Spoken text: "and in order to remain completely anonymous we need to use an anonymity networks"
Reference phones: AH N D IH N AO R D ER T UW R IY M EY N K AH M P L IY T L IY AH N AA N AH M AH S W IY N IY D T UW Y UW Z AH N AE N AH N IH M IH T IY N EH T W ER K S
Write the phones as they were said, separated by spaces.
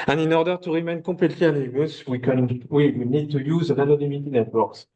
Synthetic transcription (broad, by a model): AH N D IH N AO R D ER T UW R IY M EY N K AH P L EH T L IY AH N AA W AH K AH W W IY N IY D T UW Y UW Z AH N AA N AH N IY M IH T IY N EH T W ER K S